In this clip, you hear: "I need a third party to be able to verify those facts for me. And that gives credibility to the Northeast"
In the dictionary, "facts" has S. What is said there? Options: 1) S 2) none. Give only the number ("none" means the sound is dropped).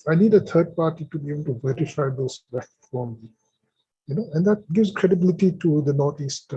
2